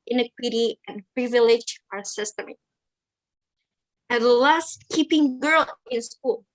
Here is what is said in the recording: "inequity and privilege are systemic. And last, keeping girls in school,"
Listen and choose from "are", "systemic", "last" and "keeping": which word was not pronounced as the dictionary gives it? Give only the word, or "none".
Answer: systemic